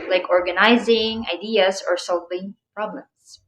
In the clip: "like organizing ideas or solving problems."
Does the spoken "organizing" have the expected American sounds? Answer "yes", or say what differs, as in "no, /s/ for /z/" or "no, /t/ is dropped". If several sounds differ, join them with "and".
yes